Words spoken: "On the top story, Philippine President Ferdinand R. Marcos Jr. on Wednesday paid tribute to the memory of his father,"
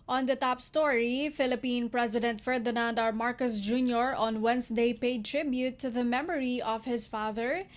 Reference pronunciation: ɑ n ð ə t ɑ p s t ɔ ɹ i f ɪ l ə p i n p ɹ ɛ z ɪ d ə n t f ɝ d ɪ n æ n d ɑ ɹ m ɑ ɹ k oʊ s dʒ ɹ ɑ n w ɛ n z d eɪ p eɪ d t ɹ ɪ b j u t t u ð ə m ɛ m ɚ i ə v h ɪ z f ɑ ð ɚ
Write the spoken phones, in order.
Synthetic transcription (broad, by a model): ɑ n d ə t ɑ p s t ɔ ɹ i f ɪ l ə p i n p ɹ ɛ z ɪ d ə n t f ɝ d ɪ n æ n d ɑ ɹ m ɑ ɹ k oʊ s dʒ ɹ ɑ n w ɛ n s d eɪ p eɪ d t ɹ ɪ b j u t t u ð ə m ɛ m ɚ i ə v h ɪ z f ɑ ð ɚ